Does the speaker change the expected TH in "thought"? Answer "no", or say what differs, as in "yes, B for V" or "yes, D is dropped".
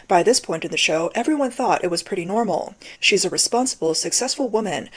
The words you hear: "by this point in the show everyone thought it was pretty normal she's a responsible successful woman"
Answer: no